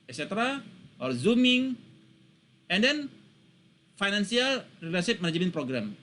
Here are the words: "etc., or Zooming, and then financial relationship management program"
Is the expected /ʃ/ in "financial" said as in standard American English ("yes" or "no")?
no